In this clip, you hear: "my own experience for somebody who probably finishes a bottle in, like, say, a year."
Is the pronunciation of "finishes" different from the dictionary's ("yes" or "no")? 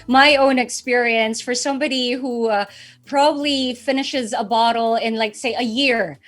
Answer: no